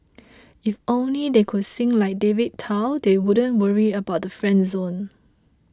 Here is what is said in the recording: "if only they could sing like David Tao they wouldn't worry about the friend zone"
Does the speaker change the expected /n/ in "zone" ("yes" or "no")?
no